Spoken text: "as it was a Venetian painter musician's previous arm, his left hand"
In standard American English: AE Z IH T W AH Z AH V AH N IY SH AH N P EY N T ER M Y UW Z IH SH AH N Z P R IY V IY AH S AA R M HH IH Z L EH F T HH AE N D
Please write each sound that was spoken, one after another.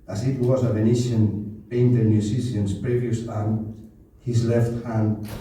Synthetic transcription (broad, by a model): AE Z IH T W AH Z AH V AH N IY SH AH N B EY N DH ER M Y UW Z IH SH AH N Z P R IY V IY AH S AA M HH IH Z L EH F T HH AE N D